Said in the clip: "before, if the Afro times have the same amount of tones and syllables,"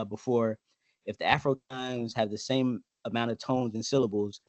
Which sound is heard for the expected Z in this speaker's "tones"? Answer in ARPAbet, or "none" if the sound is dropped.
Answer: Z